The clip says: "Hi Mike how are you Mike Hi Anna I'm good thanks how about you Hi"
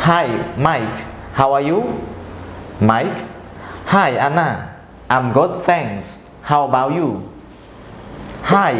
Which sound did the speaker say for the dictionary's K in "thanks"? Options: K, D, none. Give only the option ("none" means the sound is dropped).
none